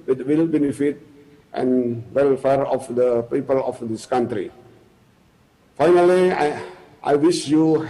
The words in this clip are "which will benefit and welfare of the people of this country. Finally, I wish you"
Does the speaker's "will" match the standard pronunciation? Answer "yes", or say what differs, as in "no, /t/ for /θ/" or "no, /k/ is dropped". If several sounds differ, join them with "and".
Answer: yes